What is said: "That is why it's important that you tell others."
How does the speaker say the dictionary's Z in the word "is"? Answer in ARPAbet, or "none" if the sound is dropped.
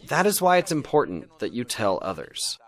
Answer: Z